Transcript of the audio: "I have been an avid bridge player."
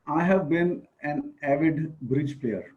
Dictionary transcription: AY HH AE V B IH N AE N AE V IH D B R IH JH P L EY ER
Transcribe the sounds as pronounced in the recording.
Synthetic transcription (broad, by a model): AY HH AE V B IH N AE N AE V IH D B R IH JH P L EY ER